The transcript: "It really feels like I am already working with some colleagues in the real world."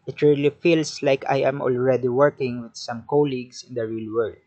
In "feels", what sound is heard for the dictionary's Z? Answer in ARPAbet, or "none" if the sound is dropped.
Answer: S